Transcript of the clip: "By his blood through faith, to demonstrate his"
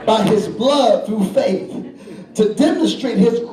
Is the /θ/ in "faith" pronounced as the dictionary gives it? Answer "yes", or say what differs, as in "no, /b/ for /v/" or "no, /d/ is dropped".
yes